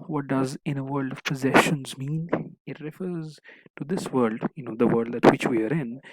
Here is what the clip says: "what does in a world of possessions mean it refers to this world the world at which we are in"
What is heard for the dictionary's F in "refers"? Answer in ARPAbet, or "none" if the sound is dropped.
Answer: F